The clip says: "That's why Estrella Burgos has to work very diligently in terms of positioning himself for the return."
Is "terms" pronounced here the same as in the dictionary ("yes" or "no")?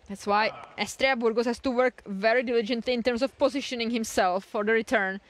no